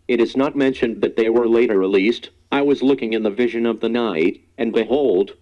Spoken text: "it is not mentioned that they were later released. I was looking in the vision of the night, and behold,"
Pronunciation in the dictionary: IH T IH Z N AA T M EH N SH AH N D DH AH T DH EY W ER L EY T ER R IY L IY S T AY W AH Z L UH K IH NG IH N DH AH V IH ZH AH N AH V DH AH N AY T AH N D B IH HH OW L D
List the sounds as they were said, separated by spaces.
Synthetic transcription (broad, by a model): IH T IH Z N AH T M EH N SH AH N DH AH T DH EY W ER L EY T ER R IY L IY S T AY W AH Z L UH K IH NG IH N DH AH V IH ZH AH N AH V DH AH N AY T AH N B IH HH OW L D